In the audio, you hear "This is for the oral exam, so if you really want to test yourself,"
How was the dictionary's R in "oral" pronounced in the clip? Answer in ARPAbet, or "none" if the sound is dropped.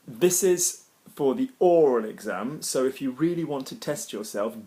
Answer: R